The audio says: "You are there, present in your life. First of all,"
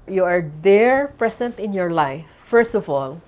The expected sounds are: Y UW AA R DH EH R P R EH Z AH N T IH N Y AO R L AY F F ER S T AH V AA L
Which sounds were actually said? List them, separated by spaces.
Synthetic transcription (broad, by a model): Y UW AA R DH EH R P R EH S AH N T IH N Y AO R L AY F F ER S T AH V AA L